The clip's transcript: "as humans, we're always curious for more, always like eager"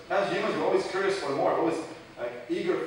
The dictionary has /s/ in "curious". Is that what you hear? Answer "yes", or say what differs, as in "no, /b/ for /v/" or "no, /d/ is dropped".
yes